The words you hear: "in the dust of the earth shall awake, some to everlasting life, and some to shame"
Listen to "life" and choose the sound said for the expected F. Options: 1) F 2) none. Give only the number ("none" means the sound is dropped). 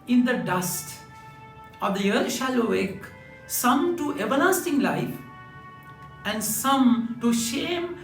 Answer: 1